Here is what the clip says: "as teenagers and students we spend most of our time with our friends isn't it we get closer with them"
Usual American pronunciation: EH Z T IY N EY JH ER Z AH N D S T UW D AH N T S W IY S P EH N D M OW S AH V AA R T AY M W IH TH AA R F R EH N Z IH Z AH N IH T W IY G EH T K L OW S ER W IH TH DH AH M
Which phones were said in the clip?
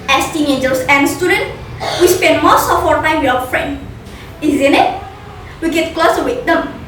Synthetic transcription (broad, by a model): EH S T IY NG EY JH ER S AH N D S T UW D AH N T W IY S P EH N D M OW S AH P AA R T AY M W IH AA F R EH N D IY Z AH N IH T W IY G EH T K L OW S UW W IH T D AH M